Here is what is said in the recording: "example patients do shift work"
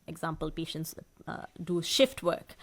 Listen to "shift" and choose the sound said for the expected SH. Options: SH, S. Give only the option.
SH